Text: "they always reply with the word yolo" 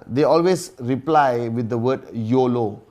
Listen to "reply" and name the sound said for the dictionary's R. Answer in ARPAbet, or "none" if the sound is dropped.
R